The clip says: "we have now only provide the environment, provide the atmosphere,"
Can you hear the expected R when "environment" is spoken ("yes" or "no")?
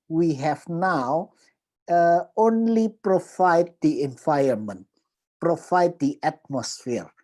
no